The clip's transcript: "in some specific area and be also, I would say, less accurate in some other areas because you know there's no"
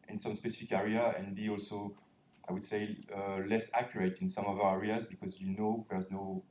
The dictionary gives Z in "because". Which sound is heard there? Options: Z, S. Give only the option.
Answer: Z